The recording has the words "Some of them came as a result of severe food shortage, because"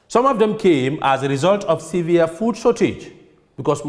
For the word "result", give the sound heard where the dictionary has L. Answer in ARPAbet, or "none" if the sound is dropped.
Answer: L